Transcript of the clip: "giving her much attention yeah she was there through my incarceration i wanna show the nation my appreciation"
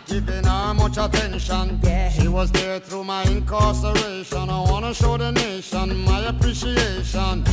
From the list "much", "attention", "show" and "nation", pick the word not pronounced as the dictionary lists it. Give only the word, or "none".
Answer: none